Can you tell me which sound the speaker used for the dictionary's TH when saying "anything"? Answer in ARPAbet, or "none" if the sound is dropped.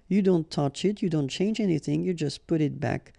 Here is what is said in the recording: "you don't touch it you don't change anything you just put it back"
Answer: TH